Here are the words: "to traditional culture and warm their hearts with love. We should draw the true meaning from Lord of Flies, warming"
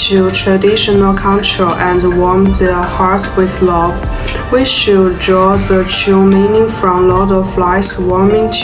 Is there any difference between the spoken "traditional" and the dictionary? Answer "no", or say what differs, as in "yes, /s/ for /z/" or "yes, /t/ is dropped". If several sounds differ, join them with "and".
no